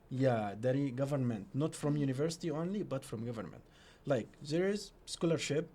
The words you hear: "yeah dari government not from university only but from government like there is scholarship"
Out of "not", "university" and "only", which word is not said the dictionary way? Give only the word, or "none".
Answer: none